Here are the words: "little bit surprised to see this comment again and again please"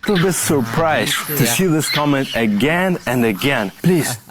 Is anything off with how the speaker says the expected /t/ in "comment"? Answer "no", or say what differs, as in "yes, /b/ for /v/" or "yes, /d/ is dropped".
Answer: no